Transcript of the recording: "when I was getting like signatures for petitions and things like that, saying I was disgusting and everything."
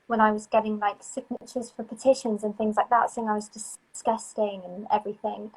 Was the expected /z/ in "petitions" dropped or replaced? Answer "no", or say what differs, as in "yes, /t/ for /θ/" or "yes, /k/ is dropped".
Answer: no